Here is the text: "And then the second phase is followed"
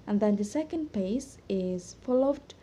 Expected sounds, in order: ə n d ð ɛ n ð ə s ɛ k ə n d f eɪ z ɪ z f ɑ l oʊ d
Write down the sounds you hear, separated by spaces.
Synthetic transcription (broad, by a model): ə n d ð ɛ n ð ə s ɛ k ə n d p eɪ s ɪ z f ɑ l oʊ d